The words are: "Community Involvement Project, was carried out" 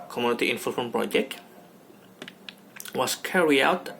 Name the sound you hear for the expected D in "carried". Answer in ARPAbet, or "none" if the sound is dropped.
none